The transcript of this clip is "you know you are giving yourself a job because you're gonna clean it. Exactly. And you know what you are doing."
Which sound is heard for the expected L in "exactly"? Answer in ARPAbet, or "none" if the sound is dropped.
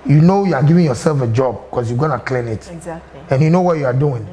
none